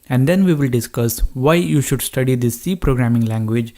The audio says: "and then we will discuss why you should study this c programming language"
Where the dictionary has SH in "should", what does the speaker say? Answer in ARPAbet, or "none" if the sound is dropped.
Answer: SH